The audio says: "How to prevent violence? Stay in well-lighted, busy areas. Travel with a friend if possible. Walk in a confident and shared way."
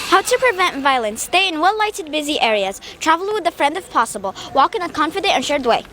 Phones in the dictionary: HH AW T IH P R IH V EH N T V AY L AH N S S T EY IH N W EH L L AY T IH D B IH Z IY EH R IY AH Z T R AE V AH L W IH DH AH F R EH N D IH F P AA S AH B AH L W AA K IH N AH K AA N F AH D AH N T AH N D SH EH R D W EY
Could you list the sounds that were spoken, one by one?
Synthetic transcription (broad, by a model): HH AW T IH P R IH V EH N T V AY L AH N S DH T EY IH N W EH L L AY T IH D B IH Z IY EH R IY AH Z T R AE V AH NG W IH DH AH F R EH N D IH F P AA S AH B AH L W AA K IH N AH K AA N F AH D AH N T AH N SH EH R D W EY